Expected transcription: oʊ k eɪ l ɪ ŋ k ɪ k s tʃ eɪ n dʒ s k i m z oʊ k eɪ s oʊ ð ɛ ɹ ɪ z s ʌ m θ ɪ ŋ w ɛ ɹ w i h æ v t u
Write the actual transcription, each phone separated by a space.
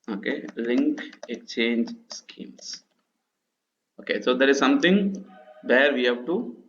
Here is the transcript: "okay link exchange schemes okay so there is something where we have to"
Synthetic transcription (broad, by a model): oʊ k eɪ l ɪ ŋ k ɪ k tʃ eɪ n dʒ s k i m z oʊ k eɪ s oʊ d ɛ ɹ ɪ z s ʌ m t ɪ ŋ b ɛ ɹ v i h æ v t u